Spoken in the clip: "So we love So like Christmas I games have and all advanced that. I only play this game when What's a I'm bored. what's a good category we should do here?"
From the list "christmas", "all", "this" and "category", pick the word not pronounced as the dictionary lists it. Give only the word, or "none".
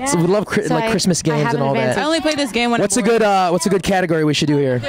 none